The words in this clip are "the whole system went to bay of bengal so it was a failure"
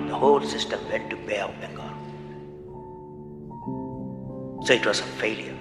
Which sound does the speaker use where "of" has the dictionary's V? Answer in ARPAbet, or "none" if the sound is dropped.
P